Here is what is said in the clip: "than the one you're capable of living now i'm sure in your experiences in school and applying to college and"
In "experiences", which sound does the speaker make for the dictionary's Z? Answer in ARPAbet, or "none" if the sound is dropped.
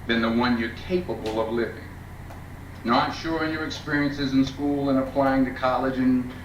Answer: Z